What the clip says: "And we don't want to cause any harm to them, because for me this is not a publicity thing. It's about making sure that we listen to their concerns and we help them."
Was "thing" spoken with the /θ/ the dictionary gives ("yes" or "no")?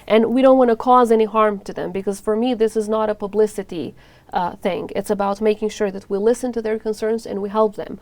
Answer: yes